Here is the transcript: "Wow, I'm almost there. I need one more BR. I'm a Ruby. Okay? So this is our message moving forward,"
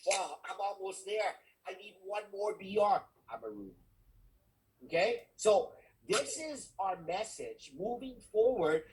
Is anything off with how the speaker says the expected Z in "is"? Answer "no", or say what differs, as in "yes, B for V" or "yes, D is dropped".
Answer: no